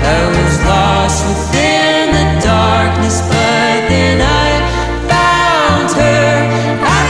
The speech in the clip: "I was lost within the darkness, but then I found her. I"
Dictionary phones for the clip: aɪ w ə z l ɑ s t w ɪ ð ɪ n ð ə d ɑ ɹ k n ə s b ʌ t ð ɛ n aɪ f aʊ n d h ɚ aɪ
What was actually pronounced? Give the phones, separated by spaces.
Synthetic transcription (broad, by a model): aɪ w ə z l ɑ s t w ɪ ð ɪ n ð ə d ɑ ɹ k n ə s b ʌ t ð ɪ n aɪ f aʊ n d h ɚ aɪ